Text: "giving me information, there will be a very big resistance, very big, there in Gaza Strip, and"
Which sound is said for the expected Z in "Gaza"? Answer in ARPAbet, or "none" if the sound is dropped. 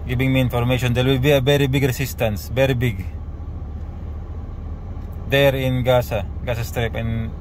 S